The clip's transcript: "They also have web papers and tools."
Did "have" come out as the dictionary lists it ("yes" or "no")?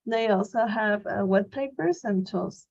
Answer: yes